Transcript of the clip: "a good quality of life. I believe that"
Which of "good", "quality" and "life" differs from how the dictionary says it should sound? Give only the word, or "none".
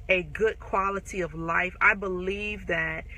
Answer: none